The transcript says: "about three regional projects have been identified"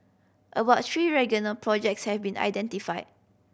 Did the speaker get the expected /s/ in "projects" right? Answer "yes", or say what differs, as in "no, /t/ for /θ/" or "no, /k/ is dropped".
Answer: yes